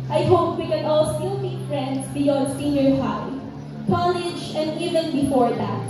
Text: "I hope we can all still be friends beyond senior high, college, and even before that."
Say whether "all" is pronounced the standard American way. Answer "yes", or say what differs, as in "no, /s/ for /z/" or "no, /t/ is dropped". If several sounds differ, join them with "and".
yes